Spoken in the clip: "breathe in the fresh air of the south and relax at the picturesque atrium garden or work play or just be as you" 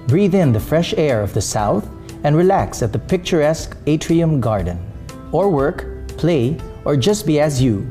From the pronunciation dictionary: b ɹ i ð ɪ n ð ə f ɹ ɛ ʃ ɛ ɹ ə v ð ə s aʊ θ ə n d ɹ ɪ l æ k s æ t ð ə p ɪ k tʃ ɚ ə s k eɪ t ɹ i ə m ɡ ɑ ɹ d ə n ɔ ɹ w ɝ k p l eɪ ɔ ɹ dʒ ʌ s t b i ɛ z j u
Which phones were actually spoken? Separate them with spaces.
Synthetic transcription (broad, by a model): b ɹ i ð ɪ n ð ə f ɹ ɛ ʃ ɛ ɹ ə v ð ə s aʊ θ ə n ɹ ɪ l æ k s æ t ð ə p ɪ k tʃ ɚ ə s k eɪ t ɹ i ə m ɡ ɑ ɹ d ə n ɔ ɹ w ɝ k p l eɪ ɔ ɹ dʒ ʌ s t b i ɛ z j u